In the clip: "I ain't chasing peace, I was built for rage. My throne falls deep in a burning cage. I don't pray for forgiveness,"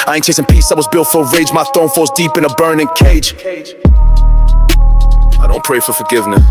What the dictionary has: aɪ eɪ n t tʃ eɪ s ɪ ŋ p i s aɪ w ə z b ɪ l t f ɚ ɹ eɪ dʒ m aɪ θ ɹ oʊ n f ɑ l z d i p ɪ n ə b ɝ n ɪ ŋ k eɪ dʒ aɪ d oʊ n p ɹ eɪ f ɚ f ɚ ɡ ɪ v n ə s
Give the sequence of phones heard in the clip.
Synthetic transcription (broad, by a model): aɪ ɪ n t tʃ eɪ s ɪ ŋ p i s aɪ w ə z b ɪ l t f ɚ ɹ eɪ dʒ m aɪ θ oʊ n f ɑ z d i p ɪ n ə b ɝ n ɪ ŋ k eɪ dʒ aɪ d oʊ n p ɹ eɪ f ɚ f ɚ ɡ ɪ v n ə s